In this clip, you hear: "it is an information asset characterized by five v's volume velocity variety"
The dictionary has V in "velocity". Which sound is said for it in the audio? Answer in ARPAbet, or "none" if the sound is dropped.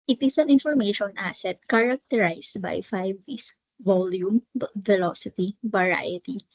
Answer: F